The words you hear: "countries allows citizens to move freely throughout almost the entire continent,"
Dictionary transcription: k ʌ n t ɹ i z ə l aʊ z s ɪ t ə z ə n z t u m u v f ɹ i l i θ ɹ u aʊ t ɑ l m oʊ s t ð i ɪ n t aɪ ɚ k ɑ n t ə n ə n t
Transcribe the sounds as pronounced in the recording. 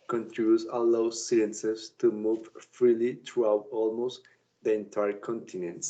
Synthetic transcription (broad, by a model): k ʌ n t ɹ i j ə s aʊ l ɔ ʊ s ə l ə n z t u m u v f ɹ i l i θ ɹ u aʊ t ɑ l m oʊ s t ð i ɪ n t aɪ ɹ k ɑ n t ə n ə n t